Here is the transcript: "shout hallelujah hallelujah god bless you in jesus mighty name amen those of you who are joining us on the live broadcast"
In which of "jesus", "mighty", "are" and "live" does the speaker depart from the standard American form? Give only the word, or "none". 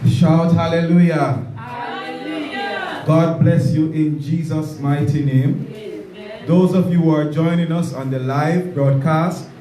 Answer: none